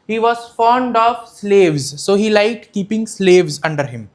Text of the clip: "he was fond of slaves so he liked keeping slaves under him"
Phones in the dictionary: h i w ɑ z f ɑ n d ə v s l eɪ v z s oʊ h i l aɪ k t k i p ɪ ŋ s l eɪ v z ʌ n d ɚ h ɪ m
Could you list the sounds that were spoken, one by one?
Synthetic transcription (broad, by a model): h i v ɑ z f ɑ n d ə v s l eɪ v z s oʊ h i l aɪ t k i p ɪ ŋ s l eɪ v z ʌ n d ɚ h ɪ m